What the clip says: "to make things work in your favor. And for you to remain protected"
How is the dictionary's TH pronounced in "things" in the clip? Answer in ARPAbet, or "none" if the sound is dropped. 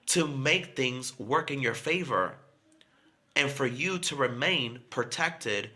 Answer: TH